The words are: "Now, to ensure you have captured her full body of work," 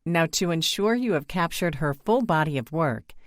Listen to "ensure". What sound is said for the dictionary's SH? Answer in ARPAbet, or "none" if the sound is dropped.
SH